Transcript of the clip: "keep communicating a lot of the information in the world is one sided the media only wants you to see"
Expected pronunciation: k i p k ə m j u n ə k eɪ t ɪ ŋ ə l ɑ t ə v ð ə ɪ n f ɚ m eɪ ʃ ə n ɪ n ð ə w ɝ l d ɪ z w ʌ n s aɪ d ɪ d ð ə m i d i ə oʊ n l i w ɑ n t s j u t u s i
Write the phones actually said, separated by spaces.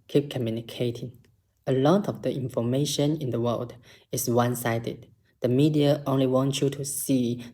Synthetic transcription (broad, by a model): k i p k ə m j u n ə k eɪ t ɪ ŋ ə l ɑ t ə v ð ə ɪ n f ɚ m eɪ ʃ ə n ɪ n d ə w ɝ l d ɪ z w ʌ n s aɪ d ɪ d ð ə m i d i ə oʊ n l i w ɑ n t j u t u s i